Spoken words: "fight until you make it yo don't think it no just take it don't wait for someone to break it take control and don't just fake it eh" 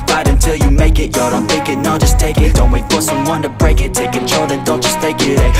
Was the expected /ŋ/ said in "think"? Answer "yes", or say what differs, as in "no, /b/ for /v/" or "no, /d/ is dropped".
no, /ŋ/ is dropped